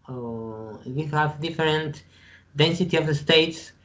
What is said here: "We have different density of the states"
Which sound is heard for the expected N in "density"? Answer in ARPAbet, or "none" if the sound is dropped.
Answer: N